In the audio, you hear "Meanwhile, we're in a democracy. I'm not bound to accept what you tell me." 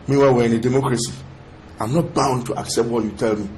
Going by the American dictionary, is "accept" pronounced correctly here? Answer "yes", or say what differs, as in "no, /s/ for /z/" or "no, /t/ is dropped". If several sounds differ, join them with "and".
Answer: yes